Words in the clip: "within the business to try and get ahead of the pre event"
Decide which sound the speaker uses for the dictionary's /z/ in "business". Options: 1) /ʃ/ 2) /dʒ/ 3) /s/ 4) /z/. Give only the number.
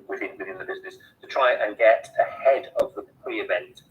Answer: 4